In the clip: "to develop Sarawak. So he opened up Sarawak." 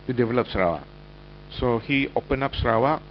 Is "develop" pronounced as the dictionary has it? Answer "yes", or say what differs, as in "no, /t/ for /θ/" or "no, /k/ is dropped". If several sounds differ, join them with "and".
yes